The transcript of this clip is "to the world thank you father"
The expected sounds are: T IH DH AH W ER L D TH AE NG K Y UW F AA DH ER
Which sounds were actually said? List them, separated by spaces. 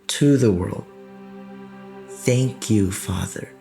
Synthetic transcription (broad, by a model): T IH DH AH W ER L D TH AE NG K Y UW F AA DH ER